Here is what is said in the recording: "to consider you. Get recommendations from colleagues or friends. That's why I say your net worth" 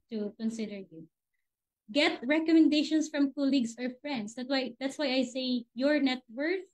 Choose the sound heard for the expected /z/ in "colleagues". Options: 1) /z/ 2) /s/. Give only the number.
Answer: 2